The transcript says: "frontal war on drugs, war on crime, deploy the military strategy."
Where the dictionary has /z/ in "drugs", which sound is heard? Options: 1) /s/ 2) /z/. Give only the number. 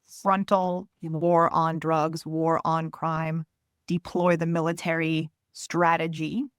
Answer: 2